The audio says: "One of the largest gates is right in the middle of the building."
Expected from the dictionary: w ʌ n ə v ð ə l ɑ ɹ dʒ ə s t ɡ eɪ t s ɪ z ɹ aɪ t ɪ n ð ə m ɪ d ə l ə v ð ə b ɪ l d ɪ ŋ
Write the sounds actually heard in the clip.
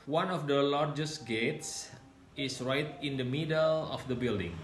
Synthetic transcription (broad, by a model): w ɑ n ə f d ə l ɑ ɹ dʒ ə s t ɡ eɪ t s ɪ s ɹ aɪ t ɪ n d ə m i d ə l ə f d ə b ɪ l d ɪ ŋ